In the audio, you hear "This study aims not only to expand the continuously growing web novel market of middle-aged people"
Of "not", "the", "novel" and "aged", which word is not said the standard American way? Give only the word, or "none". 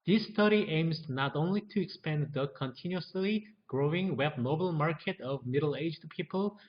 novel